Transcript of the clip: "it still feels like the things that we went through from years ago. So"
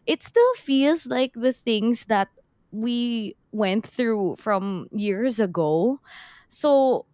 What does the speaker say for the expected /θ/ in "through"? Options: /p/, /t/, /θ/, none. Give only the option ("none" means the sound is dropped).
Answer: /θ/